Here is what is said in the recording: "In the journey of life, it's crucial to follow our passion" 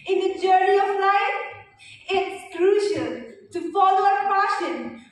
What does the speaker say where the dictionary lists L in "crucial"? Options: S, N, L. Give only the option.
N